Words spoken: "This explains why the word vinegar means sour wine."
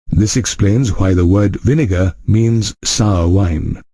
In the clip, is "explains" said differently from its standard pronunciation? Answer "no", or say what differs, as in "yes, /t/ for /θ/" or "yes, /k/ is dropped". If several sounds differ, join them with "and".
no